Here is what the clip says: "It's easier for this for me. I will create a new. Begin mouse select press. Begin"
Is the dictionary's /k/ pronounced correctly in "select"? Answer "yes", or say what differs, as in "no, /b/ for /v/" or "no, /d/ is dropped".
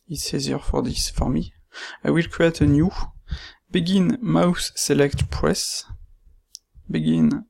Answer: yes